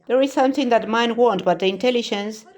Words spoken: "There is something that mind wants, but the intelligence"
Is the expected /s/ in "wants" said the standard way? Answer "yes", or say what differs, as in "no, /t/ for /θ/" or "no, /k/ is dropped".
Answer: no, /s/ is dropped